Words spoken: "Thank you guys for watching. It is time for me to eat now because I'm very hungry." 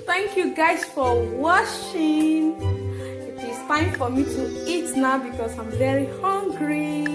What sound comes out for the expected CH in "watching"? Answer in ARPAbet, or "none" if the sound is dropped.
SH